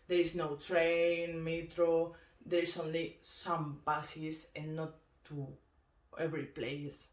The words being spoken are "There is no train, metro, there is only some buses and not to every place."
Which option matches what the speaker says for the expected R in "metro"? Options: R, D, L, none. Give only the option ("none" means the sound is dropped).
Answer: R